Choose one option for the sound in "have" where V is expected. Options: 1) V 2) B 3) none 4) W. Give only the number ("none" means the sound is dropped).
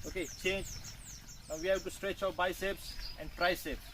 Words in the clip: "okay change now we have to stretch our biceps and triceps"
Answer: 2